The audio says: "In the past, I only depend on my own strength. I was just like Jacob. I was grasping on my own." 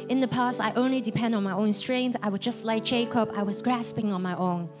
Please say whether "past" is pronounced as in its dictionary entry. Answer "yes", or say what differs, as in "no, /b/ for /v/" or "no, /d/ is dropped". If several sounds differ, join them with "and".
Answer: yes